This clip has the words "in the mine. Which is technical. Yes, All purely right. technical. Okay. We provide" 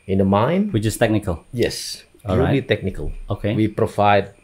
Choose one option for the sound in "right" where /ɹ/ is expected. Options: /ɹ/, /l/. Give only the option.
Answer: /l/